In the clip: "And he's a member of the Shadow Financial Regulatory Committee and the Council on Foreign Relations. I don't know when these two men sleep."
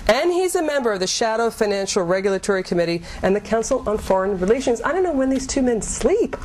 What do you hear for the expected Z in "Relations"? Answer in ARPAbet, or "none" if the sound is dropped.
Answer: Z